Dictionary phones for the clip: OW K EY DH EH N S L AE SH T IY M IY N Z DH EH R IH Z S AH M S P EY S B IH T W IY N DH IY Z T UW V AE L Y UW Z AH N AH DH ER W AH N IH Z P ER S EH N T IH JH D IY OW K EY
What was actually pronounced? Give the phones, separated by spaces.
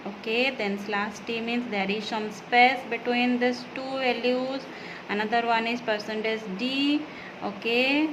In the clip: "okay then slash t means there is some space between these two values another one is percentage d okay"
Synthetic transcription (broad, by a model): OW K EY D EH N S L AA S T IY M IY N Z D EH R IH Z S AH M S P EY S B IH T W IY N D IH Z T UW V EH L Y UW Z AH N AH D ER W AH N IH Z P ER S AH N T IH Z D IY OW K EY